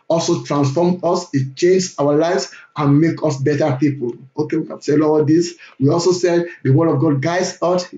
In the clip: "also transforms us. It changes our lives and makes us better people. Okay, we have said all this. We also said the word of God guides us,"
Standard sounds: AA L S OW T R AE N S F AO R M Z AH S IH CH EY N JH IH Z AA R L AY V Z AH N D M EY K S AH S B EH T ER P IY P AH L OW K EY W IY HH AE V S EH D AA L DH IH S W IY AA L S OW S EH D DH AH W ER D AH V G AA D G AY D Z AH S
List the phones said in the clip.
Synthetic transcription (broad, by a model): AA L S OW T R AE N S F AO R M AH S IH CH EY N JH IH AA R L AY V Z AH N M EY K AH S B EH T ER P IY P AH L OW K EY W IY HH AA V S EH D AA L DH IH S W IY AA L S OW S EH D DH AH W ER D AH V G AA D G AY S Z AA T